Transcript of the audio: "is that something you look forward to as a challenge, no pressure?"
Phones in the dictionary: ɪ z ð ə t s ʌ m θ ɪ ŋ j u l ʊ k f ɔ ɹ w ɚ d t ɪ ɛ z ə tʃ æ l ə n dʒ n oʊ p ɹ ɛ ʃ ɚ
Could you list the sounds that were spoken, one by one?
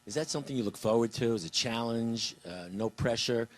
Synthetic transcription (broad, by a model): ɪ z ð ə t s ʌ m θ ɪ ŋ j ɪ l ʊ k f ɔ ɹ w ɚ d t ɪ z ə tʃ æ l ə n dʒ n oʊ p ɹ ɛ ʃ ɚ